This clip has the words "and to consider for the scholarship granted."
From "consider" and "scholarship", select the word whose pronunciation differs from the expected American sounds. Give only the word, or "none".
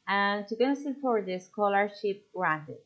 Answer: consider